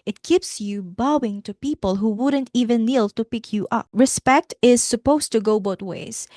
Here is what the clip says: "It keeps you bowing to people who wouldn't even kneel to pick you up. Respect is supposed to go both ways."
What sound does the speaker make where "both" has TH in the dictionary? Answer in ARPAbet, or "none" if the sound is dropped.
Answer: T